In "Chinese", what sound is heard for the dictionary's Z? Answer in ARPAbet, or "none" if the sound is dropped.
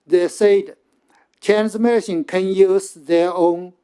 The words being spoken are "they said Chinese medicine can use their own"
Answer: none